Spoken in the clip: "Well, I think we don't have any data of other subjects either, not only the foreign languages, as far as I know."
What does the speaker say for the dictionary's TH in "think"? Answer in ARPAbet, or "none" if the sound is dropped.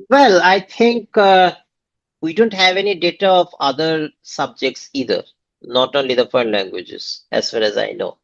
T